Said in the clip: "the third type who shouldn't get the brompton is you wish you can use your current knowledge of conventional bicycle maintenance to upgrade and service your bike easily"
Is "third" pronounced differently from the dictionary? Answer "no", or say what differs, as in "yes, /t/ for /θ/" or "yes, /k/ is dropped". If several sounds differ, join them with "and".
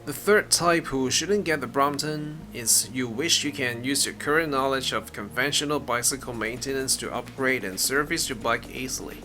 no